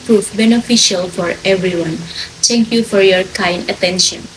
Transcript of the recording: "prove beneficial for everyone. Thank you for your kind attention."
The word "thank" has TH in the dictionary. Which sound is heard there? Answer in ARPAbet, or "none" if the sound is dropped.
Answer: T